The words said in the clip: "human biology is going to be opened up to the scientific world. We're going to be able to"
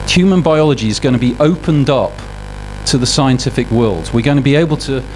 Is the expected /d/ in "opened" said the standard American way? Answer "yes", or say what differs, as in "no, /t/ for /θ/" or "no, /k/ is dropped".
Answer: yes